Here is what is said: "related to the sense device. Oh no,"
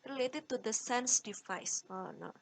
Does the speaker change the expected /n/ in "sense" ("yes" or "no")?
no